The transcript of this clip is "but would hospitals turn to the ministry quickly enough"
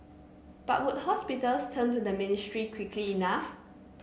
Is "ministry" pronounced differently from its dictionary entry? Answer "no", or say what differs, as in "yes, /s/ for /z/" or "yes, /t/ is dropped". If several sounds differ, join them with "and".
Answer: no